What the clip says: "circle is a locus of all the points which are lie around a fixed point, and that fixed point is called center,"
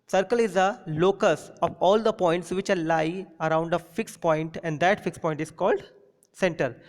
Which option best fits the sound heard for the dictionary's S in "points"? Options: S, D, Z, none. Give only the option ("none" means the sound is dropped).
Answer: S